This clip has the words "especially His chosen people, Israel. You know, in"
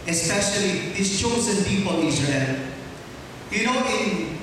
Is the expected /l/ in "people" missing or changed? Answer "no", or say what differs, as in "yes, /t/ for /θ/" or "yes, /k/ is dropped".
yes, /n/ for /l/